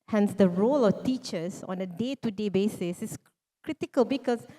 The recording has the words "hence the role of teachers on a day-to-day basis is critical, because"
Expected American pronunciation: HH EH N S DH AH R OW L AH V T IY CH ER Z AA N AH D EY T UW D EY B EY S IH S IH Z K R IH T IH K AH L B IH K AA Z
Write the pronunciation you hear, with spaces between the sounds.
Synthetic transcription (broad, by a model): HH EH N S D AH R OW L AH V T IY CH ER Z AA N AH D EY T UW D EY B EY S IH S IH S K R IH T IH K AH L B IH K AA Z